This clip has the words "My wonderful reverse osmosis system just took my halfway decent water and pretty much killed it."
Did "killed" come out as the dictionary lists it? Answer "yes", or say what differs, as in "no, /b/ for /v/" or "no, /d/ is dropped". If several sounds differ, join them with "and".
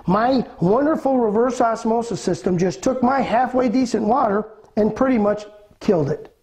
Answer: yes